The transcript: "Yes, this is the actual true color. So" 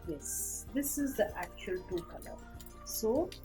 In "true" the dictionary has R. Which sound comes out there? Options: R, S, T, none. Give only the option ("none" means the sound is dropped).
none